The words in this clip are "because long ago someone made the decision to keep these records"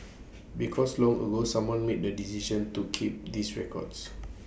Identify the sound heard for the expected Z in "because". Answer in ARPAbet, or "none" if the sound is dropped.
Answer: S